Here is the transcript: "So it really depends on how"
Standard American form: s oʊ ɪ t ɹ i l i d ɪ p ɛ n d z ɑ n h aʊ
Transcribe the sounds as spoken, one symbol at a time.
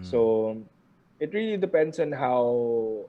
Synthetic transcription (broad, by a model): s oʊ ɪ t ɹ i l i d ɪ p ɛ n d s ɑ n h aʊ